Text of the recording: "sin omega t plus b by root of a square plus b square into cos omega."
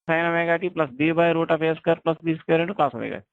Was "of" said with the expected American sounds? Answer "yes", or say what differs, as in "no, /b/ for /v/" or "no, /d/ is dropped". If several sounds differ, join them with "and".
no, /p/ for /v/